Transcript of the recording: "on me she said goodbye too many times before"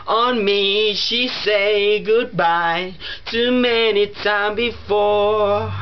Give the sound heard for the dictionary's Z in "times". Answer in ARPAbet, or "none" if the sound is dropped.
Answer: none